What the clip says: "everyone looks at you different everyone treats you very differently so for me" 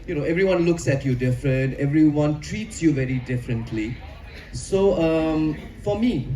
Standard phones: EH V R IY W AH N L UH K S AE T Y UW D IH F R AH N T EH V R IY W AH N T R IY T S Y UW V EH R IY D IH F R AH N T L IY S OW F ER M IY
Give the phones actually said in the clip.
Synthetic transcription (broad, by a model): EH V R IY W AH N L UH K S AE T Y UW D IH F R AH N T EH V R IY W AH N T R IY T S Y UW V EH R IY D IH F R AH N T L IY S OW F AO M IY